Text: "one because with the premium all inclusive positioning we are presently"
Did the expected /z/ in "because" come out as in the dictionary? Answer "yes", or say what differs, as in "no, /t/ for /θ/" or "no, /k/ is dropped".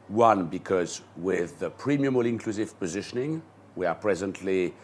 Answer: yes